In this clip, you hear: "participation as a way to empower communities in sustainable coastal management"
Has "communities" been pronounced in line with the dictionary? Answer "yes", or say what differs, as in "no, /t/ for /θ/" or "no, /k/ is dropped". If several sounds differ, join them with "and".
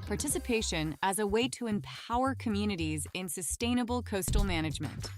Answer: yes